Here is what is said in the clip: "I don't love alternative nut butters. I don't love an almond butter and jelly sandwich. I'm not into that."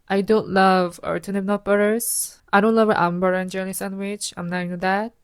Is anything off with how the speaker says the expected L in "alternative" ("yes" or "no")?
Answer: yes